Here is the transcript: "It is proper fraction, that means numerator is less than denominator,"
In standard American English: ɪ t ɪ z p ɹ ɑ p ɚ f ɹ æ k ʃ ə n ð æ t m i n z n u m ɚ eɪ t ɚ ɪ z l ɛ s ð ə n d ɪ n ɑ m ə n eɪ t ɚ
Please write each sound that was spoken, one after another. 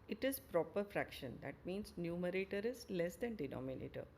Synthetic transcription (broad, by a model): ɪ t ɪ z p ɹ ɑ p ɚ f ɹ æ k ʃ ə n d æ t m i n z n u m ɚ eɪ t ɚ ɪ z l ɛ s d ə n d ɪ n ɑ m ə n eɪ t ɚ